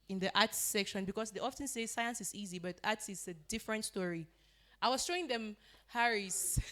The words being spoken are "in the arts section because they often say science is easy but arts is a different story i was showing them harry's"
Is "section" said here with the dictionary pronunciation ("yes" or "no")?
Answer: yes